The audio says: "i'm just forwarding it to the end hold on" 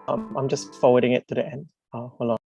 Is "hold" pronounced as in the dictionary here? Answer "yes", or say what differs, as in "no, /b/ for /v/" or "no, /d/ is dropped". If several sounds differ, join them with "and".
no, /d/ is dropped